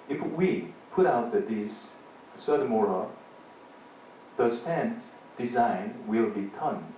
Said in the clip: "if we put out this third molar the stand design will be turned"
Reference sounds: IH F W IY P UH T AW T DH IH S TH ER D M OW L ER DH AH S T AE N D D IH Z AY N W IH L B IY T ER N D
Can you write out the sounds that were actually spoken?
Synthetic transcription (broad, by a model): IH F W IY P UH T AW T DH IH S S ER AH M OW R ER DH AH S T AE N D D IH Z AY N W IH L B IY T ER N